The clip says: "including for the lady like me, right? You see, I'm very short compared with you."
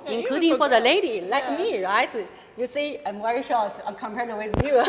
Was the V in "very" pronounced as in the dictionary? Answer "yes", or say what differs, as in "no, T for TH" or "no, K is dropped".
no, W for V